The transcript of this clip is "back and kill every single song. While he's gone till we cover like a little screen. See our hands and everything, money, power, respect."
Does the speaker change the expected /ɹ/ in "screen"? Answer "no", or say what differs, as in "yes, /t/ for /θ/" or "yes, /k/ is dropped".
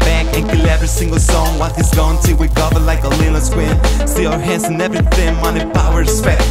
yes, /w/ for /ɹ/